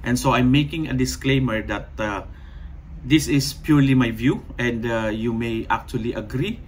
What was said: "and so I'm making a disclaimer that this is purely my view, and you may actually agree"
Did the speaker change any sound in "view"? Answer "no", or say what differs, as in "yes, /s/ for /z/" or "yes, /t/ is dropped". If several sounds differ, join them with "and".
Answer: no